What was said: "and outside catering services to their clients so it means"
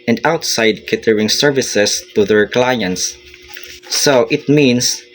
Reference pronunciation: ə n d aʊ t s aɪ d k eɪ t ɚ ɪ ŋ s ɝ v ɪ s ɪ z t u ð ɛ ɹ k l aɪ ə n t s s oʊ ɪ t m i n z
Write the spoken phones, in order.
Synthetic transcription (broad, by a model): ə n d aʊ t s aɪ d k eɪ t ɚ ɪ ŋ s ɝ v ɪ s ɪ s t u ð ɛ ɹ k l aɪ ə n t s s oʊ ɪ t m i n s